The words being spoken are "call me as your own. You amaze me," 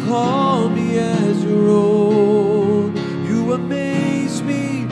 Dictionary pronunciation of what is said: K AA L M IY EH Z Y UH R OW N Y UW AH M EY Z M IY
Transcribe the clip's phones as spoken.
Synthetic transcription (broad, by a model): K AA L M IY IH Z Y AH R OW L Y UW AH M EY Z M IY